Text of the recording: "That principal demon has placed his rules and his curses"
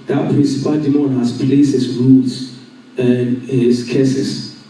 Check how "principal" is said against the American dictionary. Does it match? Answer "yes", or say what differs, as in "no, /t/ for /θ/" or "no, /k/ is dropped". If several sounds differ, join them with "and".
yes